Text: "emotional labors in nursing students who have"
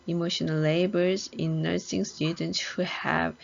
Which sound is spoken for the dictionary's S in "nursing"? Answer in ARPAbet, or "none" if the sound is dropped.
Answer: S